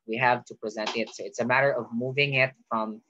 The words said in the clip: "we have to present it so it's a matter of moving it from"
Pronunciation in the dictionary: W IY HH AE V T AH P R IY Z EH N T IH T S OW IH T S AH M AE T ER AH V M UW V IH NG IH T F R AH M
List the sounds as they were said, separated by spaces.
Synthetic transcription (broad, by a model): W IY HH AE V T AH P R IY Z EH N IH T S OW IH T S AH M AE T ER AH V M UW V IH NG IH T F R AH M